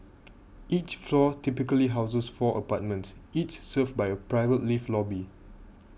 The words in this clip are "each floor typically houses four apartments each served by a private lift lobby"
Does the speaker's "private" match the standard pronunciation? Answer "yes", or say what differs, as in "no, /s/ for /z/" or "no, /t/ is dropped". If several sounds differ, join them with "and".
yes